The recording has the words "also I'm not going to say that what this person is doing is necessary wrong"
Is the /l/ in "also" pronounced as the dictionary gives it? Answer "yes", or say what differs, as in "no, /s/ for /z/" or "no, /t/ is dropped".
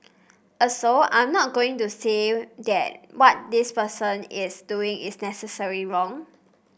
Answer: no, /l/ is dropped